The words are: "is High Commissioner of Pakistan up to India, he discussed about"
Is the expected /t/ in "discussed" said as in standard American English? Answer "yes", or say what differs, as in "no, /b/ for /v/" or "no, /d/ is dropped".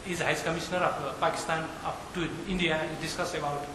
no, /t/ is dropped